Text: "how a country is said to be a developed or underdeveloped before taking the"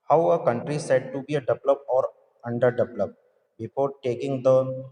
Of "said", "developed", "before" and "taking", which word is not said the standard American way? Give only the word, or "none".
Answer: developed